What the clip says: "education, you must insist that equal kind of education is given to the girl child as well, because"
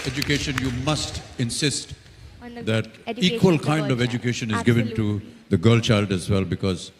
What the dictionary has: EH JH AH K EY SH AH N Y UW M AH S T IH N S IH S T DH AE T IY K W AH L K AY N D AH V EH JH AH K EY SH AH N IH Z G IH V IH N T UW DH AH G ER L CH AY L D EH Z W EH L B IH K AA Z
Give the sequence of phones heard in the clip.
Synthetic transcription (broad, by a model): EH JH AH K EY SH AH N Y UW M AH S T IH N S IH S T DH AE T IY K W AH L K AY N D AH V EH JH AH K EY SH AH N IH Z G IH V IH N T UW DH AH G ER L CH AY L D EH Z W EH L B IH K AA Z